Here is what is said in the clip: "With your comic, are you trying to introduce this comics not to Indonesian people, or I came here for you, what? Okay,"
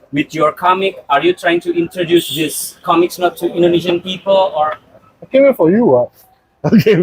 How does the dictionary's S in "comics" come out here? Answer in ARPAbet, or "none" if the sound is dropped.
S